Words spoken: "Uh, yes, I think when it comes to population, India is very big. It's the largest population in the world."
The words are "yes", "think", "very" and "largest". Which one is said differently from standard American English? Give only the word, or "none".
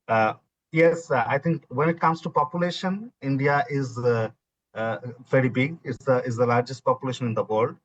think